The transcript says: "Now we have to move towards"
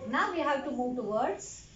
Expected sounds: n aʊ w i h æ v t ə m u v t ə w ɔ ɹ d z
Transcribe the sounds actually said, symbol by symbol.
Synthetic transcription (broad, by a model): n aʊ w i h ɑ w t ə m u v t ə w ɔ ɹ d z